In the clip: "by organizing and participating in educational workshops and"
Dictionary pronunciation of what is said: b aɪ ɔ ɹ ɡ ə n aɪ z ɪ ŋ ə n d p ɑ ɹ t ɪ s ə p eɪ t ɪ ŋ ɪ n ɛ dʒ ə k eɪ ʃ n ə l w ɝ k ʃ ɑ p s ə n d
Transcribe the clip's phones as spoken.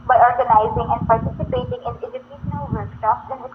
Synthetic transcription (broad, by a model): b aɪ ɔ ɹ ɡ ə n aɪ z ɪ ŋ ə n d p ɑ ɹ t ɪ s ə p eɪ t ɪ ŋ ɪ n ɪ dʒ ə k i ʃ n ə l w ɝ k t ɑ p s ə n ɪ